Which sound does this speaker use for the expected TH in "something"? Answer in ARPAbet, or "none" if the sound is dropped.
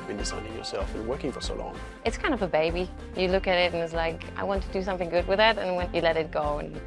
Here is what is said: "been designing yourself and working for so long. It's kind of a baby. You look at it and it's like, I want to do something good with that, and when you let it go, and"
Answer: TH